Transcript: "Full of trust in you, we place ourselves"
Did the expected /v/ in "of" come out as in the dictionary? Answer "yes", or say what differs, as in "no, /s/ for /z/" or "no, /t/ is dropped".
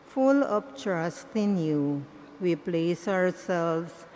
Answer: no, /p/ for /v/